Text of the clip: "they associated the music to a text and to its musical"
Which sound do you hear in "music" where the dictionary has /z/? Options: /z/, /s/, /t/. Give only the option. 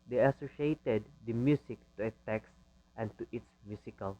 /s/